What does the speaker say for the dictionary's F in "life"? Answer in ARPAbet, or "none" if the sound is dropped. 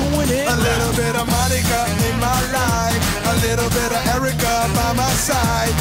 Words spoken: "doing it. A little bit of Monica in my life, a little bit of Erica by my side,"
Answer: none